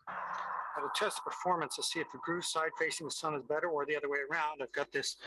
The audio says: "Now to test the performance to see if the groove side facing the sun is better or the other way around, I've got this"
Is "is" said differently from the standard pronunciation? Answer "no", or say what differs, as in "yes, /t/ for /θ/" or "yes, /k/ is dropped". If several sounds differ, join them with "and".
no